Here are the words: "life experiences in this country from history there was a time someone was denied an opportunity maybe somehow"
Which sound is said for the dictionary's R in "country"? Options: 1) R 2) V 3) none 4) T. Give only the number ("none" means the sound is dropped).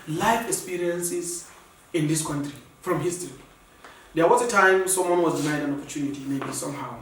1